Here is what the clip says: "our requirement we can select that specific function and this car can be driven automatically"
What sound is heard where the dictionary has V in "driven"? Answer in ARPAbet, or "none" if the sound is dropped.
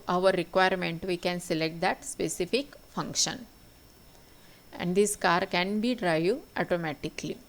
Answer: none